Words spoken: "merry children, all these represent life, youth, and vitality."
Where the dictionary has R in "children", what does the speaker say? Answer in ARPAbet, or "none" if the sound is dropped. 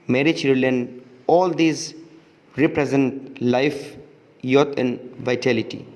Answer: none